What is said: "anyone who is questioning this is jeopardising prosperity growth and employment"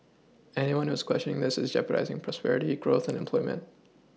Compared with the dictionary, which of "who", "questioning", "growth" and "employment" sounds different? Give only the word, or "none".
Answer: none